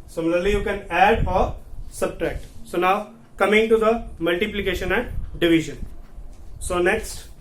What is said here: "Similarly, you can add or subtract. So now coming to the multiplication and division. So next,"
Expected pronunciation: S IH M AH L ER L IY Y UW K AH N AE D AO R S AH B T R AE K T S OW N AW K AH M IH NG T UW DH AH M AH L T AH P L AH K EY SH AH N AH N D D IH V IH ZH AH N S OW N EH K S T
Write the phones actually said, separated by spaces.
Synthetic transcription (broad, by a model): S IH M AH L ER L IY Y UW K AH N AE D AO R S AH B T R AE K T S OW N AW K AH M IH NG T UW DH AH M AH L T AH P L AH K EY SH AH N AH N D D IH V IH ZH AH N S OW N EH K S T